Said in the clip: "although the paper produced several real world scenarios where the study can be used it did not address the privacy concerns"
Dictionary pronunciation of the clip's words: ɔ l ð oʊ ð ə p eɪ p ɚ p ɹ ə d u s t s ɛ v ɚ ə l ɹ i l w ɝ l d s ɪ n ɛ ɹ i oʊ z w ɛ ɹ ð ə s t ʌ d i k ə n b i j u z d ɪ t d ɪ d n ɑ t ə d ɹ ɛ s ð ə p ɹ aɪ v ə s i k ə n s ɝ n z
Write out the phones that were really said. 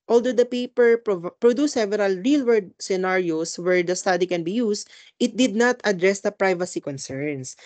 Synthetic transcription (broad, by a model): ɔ l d oʊ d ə p eɪ p ɚ p ɹ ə d u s s ɛ v ɚ ə l ɹ i l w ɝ d s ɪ n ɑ ɹ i oʊ s w ɛ ɹ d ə s t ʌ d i k ə n b i j u s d ɪ t d ɪ d n ɑ t ə d ɹ ɛ s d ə p ɹ aɪ v ə s i k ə n s ɝ n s